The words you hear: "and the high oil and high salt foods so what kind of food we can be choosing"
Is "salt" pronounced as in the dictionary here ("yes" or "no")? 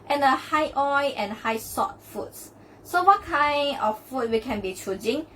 no